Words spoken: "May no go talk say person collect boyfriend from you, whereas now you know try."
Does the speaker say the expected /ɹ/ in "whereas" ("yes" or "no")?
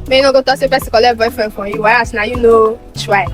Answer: no